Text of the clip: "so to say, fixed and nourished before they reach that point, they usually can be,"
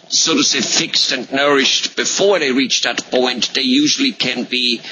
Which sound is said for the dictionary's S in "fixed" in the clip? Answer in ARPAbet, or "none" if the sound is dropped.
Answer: S